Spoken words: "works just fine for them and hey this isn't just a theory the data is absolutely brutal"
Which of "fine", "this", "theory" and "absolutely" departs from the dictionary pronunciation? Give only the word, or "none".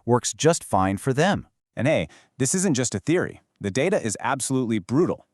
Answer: none